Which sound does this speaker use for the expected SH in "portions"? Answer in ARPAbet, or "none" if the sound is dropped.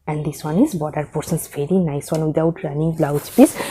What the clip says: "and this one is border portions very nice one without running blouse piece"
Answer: S